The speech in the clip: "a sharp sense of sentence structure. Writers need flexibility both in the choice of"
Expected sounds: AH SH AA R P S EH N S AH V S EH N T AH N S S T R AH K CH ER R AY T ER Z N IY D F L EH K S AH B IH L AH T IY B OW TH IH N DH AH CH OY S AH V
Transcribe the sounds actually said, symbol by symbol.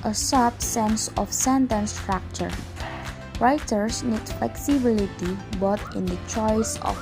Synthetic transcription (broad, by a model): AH S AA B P S EH N S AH F S EH N T AH N S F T R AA K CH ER R AY T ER S N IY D F L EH K S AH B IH L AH T IY B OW T IH N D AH CH OY S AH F